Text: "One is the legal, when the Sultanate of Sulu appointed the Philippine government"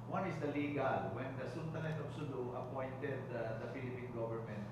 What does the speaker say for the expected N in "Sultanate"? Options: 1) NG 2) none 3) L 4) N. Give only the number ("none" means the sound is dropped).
3